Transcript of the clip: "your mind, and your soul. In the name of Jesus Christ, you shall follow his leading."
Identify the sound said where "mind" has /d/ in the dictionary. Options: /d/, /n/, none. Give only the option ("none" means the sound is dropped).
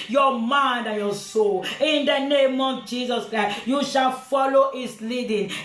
/d/